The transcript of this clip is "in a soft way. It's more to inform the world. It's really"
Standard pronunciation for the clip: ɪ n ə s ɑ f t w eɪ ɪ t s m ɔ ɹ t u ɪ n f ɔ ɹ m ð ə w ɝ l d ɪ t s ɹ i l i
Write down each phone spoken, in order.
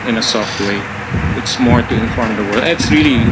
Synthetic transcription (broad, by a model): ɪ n ə s ɑ f t w eɪ ɪ t s m ɔ ɹ t u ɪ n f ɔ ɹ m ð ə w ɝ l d ɪ t s ɹ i l i